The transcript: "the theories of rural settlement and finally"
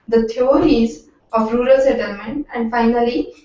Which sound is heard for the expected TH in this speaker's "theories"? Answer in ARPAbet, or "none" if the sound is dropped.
T